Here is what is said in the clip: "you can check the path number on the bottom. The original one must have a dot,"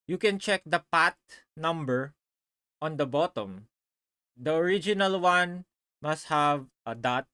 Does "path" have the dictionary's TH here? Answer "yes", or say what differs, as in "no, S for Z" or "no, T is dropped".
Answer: no, T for TH